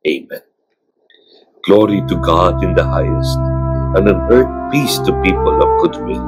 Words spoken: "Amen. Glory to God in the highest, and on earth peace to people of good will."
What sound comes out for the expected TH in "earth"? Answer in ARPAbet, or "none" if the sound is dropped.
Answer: T